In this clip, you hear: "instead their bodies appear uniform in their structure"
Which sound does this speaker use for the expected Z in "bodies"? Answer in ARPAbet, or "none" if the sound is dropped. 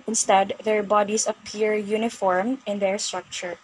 S